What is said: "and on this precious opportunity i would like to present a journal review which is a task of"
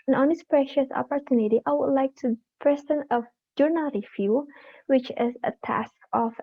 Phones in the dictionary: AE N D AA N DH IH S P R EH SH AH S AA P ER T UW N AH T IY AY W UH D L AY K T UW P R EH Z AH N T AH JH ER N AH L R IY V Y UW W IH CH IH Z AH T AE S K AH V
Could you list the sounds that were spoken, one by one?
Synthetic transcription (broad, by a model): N AA N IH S P R EH SH AH S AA P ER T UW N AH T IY AY W UH D L AY K T UW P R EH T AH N AH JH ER N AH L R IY F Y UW W IH CH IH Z AH T AE S K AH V